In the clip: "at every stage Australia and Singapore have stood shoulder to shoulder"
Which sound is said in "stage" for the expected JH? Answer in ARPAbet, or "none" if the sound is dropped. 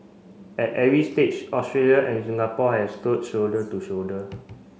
CH